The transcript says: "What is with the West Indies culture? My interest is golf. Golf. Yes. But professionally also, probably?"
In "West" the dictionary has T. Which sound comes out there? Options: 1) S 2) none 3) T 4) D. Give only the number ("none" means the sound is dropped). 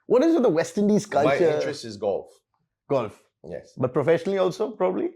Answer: 3